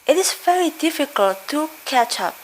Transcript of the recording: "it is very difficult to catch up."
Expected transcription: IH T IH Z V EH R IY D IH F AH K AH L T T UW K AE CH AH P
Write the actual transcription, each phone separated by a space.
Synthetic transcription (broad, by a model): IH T IH Z V EH R IY D IH F AH K AH L T T UW K AE CH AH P